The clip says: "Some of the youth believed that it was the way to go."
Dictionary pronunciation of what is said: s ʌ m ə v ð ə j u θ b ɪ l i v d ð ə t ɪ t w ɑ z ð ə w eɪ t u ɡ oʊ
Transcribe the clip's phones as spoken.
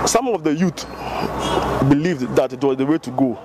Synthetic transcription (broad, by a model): s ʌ m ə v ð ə j u t b ɪ l i v d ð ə t ɪ t w ɑ z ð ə w eɪ t u ɡ oʊ